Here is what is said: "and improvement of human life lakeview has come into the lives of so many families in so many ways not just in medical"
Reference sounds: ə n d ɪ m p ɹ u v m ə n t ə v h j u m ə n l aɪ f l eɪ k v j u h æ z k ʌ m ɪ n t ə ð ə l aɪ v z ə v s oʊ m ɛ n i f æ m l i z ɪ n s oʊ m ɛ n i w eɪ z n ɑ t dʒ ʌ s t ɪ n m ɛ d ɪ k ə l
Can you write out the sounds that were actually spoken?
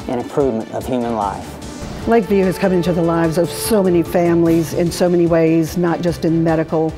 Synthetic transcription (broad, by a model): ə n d ɪ m p ɹ u v m ə n t ə v h j u m ə n l aɪ f l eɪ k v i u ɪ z k ʌ m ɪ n t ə ð ə l aɪ v z ə v s oʊ m ɛ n i f æ m l i z ɪ n s oʊ m ɛ n i w eɪ z n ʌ t dʒ ʌ s t ɪ n m ɛ d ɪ k l